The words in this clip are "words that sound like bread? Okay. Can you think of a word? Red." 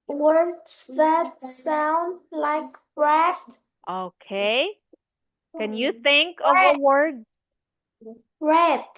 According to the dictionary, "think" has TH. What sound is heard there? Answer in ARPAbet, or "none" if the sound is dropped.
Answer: TH